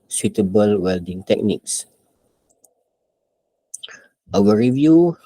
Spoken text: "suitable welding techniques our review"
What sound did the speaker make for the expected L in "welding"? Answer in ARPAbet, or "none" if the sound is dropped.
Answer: L